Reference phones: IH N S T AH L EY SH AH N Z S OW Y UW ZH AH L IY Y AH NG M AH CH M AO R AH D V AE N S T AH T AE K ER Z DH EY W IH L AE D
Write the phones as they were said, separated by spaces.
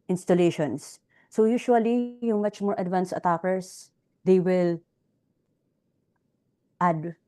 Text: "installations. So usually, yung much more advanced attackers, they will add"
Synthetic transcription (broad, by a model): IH N S T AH L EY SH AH N S OW Y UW SH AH L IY Y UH NG M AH CH M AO R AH D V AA N S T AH T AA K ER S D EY W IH L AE D